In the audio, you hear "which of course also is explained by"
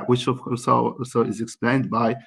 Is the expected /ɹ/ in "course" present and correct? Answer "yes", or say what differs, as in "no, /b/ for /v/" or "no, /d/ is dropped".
no, /l/ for /ɹ/